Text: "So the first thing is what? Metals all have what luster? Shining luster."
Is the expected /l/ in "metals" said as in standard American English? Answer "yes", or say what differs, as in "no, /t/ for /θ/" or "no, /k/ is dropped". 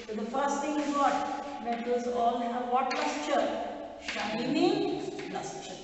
no, /l/ is dropped